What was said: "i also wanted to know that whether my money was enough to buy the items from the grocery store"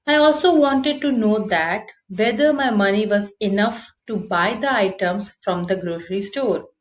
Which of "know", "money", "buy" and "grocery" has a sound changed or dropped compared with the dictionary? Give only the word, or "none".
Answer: grocery